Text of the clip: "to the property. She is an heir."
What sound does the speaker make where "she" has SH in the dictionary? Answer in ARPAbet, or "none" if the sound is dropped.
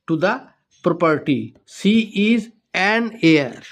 S